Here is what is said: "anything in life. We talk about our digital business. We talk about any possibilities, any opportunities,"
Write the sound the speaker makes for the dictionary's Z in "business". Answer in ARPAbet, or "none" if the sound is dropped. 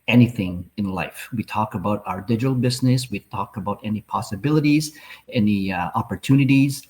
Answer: Z